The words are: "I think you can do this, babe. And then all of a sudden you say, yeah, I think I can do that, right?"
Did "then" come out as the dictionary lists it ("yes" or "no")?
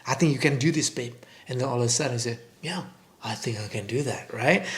no